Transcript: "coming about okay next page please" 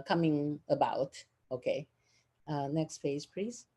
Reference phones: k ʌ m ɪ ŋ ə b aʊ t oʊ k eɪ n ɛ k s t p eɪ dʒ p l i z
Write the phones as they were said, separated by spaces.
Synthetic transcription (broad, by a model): k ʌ m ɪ ŋ ə b aʊ t oʊ k eɪ n ɛ k s t f eɪ z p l i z